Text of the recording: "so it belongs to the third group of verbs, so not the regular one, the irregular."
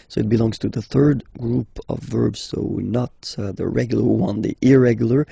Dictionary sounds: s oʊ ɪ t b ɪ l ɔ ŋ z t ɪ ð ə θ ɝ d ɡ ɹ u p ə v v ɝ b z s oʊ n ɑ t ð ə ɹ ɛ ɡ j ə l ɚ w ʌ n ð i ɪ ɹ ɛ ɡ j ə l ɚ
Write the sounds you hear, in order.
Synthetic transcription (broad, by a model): s oʊ ɪ t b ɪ l ɔ ŋ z t ɪ ð ə θ ɝ d ɡ ɹ u p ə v v ɝ b z s oʊ n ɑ t ð ə ɹ ɛ ɡ j l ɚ w ʌ n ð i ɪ ɹ ɛ ɡ j l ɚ